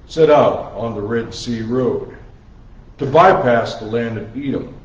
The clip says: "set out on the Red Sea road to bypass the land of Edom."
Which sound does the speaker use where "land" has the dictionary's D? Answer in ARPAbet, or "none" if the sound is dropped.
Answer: D